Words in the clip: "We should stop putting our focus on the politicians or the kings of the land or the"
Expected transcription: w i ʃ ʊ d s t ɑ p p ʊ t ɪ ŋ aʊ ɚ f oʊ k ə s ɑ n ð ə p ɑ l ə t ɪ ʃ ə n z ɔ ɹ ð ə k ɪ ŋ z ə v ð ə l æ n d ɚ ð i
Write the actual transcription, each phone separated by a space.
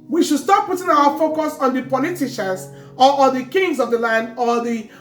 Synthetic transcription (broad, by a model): w i ʃ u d s t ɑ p p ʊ t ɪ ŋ aʊ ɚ f oʊ k ə s ɑ n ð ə p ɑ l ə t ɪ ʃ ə z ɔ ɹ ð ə k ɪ ŋ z ə v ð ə l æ n d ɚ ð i